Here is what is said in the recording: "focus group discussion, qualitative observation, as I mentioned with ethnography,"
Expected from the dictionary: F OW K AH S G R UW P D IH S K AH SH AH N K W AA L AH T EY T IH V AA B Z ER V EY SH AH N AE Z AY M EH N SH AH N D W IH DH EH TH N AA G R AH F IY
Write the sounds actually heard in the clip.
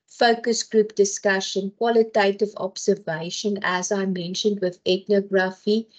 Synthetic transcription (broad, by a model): F OW K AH S G R UW P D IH S K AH SH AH N K W AA L AH T EY T IH V AA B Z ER V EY SH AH N AE Z AY M EH N SH AH N D W IH DH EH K N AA G R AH F IY